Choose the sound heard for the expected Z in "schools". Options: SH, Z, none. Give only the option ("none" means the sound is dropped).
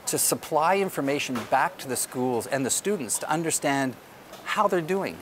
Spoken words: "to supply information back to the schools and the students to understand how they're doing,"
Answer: Z